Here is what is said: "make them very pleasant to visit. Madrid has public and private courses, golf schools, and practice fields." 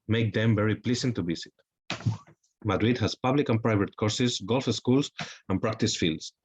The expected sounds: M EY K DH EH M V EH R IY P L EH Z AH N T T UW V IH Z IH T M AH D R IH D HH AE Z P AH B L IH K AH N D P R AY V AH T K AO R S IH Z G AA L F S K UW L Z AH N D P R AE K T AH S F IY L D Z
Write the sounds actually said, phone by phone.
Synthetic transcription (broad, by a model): M EY K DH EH M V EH R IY P L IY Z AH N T T UW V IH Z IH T M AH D R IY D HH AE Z P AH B L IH K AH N P R AY V AH T K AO R S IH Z G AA L F S K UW L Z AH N P R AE K T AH S F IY L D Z